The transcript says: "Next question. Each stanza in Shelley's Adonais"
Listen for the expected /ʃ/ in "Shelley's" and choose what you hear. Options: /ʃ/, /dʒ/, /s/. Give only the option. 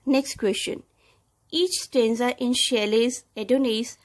/ʃ/